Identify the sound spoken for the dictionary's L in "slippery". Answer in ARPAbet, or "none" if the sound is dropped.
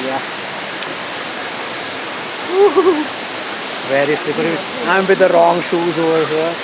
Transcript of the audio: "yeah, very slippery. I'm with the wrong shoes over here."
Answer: none